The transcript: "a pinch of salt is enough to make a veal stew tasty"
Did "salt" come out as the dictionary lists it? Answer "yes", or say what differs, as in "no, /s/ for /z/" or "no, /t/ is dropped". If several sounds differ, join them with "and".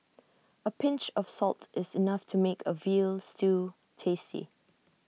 yes